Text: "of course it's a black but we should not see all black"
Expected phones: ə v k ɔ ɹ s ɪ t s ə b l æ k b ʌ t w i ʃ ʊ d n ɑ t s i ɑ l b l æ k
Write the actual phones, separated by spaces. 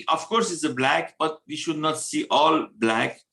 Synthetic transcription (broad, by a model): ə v k ɔ ɹ s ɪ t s ə b l æ k b ʌ t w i ʃ ʊ d n ɑ t s i ɑ l b l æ k